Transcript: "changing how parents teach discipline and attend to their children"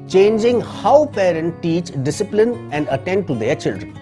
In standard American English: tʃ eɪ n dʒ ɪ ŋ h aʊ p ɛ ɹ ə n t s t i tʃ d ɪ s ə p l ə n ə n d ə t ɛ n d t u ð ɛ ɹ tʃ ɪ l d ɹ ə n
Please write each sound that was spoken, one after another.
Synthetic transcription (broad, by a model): tʃ eɪ n dʒ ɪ ŋ h aʊ p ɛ ɹ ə n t t i tʃ d ɪ s ə p l ə n ə n d ə t ɛ n d t u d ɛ ɹ tʃ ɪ l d ɹ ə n